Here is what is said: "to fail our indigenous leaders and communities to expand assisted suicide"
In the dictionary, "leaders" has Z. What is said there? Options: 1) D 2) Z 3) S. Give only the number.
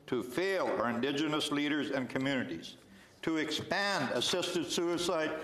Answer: 2